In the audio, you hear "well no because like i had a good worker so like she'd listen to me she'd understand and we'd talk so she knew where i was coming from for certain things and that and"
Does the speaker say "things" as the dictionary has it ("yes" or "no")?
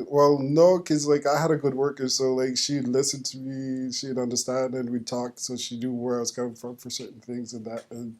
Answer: yes